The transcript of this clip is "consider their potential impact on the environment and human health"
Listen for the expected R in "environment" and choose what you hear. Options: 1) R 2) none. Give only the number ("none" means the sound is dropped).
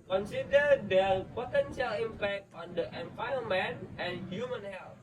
2